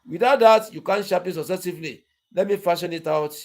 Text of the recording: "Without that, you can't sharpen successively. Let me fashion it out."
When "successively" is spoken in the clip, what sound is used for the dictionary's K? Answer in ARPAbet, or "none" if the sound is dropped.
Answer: none